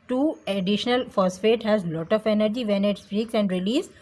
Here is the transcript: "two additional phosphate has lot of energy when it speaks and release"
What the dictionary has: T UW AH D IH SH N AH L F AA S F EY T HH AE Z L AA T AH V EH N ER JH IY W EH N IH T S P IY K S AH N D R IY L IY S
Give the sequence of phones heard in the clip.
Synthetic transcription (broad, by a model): T UW AH D IH SH N AH L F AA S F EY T HH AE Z L AA T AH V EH N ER JH IY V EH N IH T S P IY K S AH N D R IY L IY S